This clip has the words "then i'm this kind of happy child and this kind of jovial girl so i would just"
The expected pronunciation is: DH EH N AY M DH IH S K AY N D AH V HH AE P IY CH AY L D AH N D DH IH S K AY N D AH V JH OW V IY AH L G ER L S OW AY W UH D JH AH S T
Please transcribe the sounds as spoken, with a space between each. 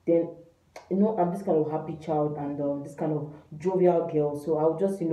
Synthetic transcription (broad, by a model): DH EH N AY M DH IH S K AY N D AH V HH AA P IY CH AY L D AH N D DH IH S K AY N D AH V JH OW V IY AH L G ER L S OW AY W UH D JH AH S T